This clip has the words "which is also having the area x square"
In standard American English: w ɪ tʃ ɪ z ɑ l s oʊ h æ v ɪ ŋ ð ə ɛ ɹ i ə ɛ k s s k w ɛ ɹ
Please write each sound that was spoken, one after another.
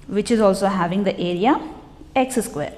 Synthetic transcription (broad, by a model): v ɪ tʃ ɪ z ɑ l s oʊ h æ v ɪ ŋ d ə ɛ ɹ i ə ɛ k s s k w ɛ ɹ